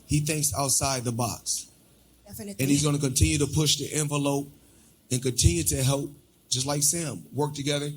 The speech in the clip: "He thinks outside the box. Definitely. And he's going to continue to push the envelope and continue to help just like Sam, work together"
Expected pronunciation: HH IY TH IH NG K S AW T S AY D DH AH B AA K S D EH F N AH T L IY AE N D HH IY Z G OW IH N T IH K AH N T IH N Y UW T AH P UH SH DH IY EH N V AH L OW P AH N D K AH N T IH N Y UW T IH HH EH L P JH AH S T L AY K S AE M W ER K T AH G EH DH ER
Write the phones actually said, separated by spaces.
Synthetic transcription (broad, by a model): HH IY TH IH NG K S AW T S AY D DH AH B AA K S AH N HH IY Z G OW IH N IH K AH N T IH N Y UW T AH P UH SH DH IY EH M V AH L OW P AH N K AH N T IH N Y UW T IH HH EH L P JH AH S T L AY K S AE M W ER K T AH G EH DH ER